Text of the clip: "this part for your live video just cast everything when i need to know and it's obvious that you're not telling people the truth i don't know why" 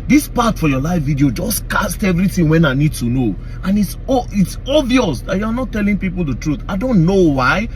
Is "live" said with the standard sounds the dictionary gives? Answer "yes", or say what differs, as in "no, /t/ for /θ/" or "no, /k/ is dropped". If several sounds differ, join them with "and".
no, /f/ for /v/